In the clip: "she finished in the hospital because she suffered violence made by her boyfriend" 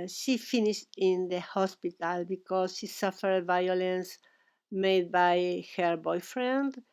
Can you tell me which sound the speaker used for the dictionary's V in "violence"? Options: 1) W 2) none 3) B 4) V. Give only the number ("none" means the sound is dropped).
4